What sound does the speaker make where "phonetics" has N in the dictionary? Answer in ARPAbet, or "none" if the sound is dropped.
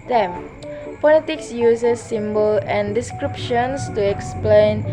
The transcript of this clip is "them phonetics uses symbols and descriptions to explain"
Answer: L